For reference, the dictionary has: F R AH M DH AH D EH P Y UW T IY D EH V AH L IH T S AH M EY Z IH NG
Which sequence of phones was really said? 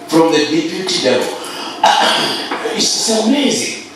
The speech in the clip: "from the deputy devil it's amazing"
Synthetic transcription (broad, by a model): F R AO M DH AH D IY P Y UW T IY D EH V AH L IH S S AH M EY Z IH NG